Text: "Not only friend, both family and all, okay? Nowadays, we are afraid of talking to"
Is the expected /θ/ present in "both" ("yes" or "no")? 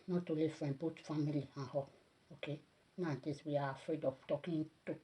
no